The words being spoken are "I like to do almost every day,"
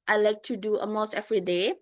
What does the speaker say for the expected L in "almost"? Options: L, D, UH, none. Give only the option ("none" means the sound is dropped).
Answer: none